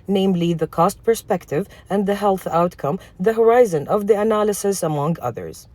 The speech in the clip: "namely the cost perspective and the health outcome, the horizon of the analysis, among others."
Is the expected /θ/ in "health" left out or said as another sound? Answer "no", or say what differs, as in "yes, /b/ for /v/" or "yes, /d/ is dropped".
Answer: no